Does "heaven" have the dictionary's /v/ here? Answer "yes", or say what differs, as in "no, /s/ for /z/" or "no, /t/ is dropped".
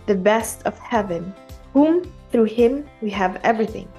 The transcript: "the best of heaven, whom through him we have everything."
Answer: yes